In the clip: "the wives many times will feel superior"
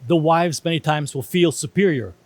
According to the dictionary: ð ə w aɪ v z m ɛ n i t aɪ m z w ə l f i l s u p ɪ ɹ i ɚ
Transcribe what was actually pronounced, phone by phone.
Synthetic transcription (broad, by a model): ð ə w aɪ v z m ɛ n i t aɪ m z w ə l f i l s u p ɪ ɹ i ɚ